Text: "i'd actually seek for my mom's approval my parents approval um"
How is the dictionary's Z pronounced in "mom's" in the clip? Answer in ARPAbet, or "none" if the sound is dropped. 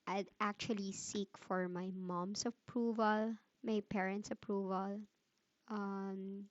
S